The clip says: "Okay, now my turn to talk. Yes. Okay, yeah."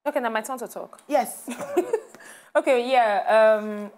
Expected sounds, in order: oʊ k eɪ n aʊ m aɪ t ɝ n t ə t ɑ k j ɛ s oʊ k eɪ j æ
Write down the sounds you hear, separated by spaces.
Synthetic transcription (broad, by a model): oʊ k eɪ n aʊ m aɪ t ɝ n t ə t ɑ k j ɛ s oʊ k eɪ j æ